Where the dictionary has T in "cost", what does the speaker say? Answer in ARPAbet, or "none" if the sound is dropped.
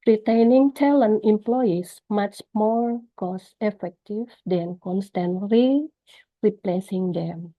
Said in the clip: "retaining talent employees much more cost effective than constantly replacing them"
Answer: none